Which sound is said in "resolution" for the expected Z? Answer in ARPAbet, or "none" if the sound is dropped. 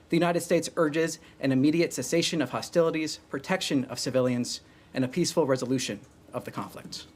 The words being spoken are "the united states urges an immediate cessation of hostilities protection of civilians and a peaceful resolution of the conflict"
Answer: Z